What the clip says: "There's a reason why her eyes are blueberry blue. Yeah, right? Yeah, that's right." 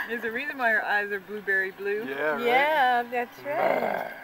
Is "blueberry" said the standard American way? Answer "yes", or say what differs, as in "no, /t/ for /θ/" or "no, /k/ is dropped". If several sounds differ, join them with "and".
yes